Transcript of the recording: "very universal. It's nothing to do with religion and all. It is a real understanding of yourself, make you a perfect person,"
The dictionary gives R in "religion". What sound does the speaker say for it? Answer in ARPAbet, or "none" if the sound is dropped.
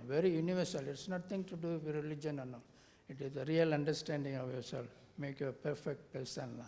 R